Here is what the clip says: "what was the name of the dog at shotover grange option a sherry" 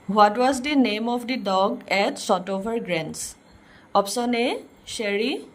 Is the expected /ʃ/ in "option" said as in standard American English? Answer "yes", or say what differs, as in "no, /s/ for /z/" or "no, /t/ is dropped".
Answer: no, /s/ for /ʃ/